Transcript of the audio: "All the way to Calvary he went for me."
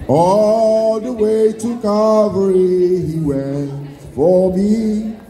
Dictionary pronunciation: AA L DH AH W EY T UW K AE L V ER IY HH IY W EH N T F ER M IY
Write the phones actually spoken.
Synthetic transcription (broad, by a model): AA L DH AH W EY T UW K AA V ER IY HH IY W EH N T F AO M IY